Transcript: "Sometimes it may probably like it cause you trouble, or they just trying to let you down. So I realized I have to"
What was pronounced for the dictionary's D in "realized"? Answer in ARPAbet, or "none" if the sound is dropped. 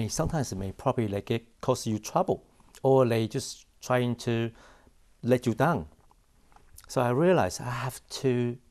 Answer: none